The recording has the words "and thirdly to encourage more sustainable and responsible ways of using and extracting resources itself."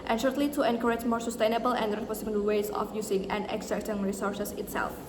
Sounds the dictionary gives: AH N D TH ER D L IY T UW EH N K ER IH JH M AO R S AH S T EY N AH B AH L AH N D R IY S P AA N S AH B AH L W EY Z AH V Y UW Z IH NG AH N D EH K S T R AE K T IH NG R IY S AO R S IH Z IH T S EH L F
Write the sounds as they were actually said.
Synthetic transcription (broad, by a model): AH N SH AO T L IY T UW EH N K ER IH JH M AO R S AH S T EY N AH B AH L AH N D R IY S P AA S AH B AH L W EY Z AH F Y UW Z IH NG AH N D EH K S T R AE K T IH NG R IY S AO R S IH S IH T S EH L F